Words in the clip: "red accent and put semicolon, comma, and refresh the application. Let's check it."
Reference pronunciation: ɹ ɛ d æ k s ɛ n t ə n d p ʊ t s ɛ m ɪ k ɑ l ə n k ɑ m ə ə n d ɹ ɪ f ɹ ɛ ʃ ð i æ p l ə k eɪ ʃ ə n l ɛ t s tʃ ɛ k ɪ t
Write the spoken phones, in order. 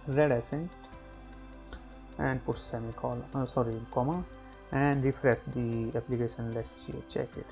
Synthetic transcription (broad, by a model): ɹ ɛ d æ s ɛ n t ə n d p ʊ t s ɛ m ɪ k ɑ l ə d k ɑ m ə ə n d ɹ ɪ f ɹ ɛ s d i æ p l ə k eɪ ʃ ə n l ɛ s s tʃ ɛ k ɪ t